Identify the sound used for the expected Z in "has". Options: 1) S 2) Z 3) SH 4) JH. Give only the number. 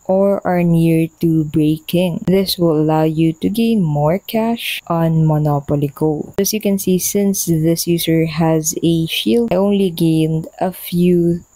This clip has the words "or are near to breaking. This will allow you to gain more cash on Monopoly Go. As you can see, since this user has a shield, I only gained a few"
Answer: 2